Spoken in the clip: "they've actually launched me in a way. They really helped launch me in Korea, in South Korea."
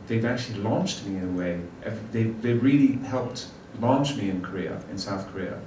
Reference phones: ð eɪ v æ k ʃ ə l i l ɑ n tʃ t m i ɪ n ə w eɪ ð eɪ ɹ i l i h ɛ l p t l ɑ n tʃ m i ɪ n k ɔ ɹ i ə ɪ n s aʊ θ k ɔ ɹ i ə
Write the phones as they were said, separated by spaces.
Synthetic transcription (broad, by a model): ð eɪ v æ k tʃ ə l i l ɑ n tʃ t m i ɪ n ə w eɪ ð eɪ ɹ i l i h ɛ l p t l ɑ n tʃ m i ɪ n k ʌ ɹ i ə ɪ n s aʊ θ k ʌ ɹ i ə